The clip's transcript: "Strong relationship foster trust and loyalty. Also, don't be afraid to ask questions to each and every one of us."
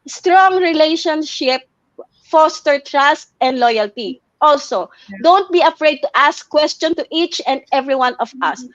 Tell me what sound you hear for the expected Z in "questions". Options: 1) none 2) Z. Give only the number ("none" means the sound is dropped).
1